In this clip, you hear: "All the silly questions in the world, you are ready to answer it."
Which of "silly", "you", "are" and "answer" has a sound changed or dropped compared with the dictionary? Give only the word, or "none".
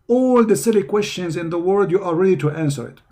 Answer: are